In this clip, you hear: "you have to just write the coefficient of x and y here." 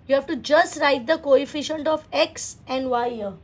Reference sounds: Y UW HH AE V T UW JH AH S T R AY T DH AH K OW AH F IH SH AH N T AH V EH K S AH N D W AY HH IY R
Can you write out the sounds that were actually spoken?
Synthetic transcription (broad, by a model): Y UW HH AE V T UW JH AH S T R AY T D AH K OW AH F IH SH AH N T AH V EH K S AH N D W AY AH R